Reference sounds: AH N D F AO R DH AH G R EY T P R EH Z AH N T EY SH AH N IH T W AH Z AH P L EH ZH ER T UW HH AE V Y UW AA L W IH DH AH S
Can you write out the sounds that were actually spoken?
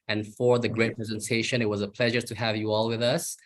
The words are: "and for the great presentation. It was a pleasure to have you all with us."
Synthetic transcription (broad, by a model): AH N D F AO R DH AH G R EY T P R EH Z AH N T EY SH AH N IH T W AH Z AH P L EH ZH ER T UW HH AE V Y UW AA L W IH DH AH S